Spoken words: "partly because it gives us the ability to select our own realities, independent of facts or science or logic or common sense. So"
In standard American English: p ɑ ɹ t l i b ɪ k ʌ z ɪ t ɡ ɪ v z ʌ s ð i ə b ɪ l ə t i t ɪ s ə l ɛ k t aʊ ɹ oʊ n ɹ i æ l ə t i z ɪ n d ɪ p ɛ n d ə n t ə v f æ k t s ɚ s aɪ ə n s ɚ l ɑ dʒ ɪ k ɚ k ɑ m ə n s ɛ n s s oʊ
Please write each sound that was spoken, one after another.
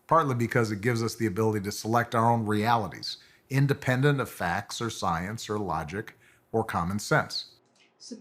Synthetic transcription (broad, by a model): p ɑ ɹ t l i b ɪ k ʌ z ɪ t ɡ ɪ v z ʌ s ð i ə b ɪ l ə t i t ɪ s ə l ɛ k t aʊ ɹ oʊ n ɹ i æ l ə t i z ɪ n d ɪ p ɛ n d ə n t ə v f æ k t s ɚ s aɪ ə n s ɚ l ɑ dʒ ɪ k ɚ k ɑ m ə n s ɛ n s s